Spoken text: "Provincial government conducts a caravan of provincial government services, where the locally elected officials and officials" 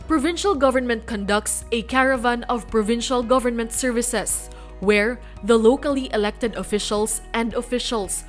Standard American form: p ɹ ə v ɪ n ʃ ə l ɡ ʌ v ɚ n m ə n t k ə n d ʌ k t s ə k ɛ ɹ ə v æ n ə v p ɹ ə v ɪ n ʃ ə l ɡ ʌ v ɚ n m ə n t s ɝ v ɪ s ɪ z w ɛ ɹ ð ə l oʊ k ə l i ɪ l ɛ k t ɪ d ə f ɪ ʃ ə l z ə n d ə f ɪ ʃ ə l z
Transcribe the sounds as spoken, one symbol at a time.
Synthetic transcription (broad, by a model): p ɹ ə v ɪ n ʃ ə l ɡ ʌ v ɚ n m ə n t k ə n d ʌ k t s ə k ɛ ɹ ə v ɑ n ə v p ɹ ə v ɪ n ʃ ə l ɡ ʌ v ɚ n m ə n t s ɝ v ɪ s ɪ s w ɛ ɹ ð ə l oʊ k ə l i ɪ l ɛ k t ɪ d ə f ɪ ʃ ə l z ə n d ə f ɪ ʃ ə l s